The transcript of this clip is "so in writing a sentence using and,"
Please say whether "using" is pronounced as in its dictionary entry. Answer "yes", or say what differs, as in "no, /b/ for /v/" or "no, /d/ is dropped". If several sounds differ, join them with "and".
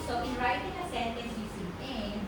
no, /s/ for /z/